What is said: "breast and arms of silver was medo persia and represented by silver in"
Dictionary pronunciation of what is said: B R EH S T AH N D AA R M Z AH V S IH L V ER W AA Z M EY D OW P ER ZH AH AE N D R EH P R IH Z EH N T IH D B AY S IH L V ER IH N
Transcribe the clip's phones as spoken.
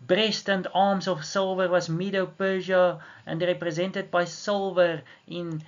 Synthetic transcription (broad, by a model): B R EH S T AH N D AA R M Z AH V S IH L V ER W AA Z M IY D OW P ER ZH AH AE N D R EH P R IH Z EH N T IH D B AY S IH L V ER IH N